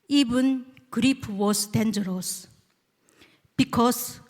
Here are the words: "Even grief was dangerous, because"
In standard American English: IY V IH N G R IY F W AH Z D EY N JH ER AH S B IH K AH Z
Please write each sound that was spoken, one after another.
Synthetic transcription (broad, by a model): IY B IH N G R IY P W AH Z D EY N JH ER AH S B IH K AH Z